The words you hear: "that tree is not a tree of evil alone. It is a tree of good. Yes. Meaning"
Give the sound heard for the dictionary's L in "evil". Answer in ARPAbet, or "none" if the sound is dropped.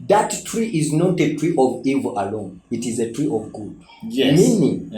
L